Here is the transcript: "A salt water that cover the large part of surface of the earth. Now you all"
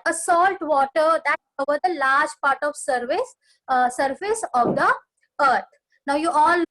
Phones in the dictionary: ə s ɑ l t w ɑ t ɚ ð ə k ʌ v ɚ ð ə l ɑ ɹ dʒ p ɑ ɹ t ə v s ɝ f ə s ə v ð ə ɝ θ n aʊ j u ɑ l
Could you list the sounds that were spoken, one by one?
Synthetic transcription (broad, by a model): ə s ɑ l t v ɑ t ɚ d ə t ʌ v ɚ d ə l ɑ ɹ dʒ p ɑ ɹ t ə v s ɝ f ə s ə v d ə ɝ t n aʊ j u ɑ l